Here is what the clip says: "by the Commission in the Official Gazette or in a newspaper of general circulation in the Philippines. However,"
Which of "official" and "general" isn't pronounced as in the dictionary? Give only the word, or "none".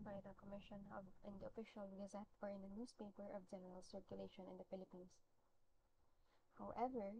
none